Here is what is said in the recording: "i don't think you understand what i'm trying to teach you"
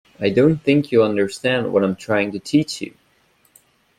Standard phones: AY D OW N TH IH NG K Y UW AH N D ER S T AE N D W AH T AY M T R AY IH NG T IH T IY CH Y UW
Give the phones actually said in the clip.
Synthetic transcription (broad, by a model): AY D OW N TH IH NG K Y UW AH N D ER S T AE N D W AH T AY M T R AY IH NG T IH T IY CH Y UW